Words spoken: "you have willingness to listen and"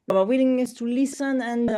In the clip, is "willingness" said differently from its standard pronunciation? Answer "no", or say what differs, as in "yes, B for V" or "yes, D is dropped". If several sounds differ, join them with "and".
yes, N is dropped